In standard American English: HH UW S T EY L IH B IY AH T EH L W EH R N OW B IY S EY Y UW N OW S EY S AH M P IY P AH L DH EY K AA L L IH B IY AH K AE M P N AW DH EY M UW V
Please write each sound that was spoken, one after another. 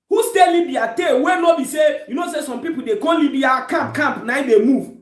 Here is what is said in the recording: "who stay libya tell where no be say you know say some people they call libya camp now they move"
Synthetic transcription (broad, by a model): HH UW S T EY L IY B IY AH T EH W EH N OW B IY S EY Y UW N OW S EY S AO M P IY P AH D EY K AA N L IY B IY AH K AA M P N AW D EY M UW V